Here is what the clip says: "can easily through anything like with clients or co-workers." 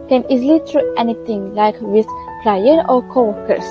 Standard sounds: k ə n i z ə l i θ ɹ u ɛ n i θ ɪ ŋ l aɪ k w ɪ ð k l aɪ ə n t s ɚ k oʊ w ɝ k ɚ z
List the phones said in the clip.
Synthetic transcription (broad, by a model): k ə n i z ə l i t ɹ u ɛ n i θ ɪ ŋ l aɪ k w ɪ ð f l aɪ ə t ɚ k oʊ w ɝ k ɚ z